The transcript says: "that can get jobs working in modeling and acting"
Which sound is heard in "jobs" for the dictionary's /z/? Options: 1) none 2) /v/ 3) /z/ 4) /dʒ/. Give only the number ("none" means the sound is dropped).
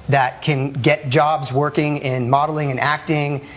3